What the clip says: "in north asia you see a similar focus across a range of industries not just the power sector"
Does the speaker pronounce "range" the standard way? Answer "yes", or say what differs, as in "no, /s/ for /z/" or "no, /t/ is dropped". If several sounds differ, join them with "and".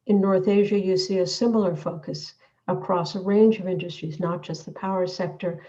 yes